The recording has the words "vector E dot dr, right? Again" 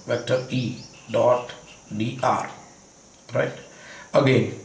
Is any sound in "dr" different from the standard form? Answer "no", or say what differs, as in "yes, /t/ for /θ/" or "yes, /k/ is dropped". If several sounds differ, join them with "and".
yes, /k/ is dropped